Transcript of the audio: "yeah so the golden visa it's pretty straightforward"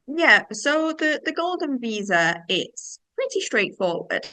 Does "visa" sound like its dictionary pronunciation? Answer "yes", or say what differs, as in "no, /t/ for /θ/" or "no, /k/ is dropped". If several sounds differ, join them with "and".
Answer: yes